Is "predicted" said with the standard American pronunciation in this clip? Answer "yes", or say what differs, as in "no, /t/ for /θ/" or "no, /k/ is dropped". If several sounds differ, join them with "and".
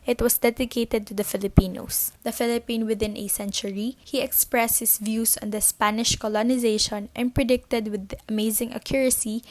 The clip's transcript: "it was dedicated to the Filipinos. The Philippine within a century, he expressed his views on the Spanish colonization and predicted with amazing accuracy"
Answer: yes